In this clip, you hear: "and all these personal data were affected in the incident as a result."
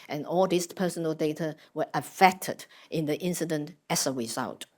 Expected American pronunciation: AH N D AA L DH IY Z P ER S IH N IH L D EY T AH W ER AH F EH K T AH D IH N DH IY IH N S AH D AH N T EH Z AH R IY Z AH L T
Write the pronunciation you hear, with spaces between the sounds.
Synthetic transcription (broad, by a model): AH N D AA L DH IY S P ER S IH N IH L D EY T AH W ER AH F EH K T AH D IH N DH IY IH N S AH D AH N T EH S AH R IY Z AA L T